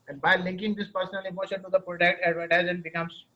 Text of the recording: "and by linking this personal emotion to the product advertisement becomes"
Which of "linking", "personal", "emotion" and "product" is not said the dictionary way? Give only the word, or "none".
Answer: none